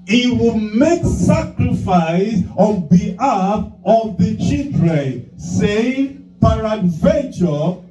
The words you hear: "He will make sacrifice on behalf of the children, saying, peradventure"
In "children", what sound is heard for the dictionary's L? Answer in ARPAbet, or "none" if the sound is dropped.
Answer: none